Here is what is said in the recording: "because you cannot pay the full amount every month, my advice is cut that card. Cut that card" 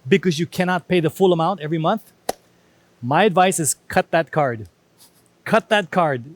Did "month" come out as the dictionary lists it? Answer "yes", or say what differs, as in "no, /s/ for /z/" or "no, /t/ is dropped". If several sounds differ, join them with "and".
yes